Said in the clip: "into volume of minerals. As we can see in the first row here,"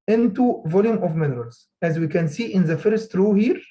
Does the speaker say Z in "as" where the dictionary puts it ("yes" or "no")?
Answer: yes